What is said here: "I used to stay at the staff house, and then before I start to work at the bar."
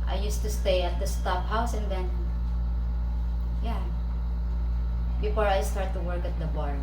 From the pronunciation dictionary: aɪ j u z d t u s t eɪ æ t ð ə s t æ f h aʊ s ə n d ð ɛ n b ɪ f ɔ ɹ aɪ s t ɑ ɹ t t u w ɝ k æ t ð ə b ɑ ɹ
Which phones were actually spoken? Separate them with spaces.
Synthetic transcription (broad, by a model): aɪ j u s t u s t eɪ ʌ t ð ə s t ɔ p h aʊ s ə n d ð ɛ n b ɪ f ɔ ɹ aɪ s t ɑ ɹ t t u w ɝ k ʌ t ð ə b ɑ ɹ